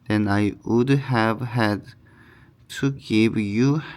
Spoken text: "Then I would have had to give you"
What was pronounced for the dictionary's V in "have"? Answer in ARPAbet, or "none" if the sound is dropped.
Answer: V